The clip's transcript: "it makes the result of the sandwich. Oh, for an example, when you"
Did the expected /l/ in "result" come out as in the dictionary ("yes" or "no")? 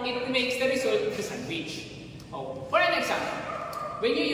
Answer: no